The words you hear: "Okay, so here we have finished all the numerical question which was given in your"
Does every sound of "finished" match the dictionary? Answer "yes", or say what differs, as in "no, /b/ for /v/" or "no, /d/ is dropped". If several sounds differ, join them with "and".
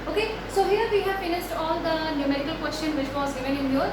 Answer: no, /s/ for /ʃ/